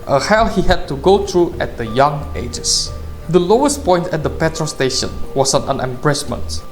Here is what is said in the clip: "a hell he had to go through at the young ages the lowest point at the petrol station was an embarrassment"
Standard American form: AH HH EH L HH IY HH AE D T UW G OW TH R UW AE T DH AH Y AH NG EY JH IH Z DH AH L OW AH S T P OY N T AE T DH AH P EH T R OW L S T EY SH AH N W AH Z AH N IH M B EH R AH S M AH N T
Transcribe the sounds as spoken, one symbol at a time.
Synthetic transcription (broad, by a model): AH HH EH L HH IY HH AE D T UW G OW T R UW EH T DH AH Y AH NG EY JH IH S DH AH L OW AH S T P OY N T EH T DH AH P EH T R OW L S T EY SH AH N W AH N AH N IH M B R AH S M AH N T